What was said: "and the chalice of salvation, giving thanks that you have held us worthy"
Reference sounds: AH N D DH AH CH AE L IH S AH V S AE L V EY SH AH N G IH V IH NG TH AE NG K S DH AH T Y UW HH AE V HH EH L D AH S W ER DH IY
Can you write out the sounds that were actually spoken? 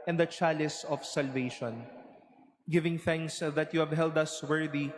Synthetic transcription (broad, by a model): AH N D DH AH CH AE L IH S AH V S AE L V EY SH AH N G IH V IH NG TH AE NG K S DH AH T Y UW HH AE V HH EH L D AH S W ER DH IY